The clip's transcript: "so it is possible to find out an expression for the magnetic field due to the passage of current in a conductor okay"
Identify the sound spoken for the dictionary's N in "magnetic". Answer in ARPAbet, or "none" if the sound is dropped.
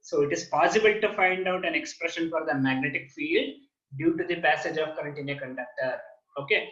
N